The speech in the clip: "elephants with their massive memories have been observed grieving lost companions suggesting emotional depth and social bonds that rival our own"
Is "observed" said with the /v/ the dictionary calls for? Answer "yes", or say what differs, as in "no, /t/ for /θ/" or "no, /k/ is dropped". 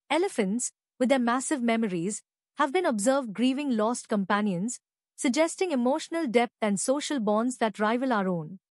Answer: yes